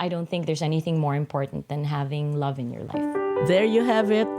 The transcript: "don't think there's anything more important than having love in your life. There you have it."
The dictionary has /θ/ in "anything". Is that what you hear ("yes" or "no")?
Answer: yes